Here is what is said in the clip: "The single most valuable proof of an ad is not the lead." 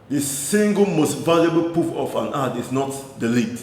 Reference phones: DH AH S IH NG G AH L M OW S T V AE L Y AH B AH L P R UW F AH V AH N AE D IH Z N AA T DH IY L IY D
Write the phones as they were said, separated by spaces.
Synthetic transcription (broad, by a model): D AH S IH NG G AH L M OW S T V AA L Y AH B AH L P UW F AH F AH N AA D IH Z N AA T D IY L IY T